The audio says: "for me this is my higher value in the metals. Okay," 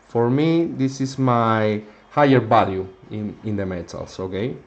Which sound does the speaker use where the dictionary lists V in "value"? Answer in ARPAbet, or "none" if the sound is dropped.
B